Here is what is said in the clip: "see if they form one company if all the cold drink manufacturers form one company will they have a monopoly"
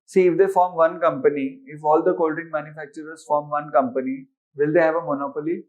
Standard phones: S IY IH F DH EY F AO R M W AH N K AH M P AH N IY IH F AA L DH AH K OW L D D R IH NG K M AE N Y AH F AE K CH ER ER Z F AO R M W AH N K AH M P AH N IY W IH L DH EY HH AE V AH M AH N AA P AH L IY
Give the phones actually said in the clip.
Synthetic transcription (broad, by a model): S IY IH F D EY F AO R M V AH N K AH M P AH N IY IH F AA L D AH K OW L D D IH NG M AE N Y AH F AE K CH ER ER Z F AO R M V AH N K AH M P AH N IY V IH L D EY HH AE V AH M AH N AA P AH L IY